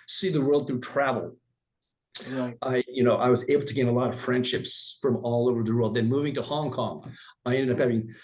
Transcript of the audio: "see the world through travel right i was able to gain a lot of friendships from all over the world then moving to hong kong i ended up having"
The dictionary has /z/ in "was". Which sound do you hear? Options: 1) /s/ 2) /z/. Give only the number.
2